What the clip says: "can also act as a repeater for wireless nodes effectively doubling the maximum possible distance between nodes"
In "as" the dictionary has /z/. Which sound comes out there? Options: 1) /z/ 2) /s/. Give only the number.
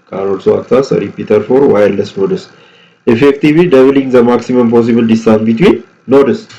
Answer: 2